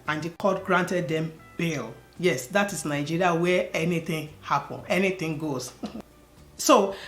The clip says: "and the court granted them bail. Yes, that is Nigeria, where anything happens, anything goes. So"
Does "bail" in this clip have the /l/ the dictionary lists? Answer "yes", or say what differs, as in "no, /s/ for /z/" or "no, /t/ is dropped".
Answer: yes